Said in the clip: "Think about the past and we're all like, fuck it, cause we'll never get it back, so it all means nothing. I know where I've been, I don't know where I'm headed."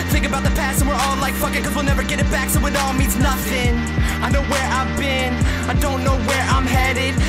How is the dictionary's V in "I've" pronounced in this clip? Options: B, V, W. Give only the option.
V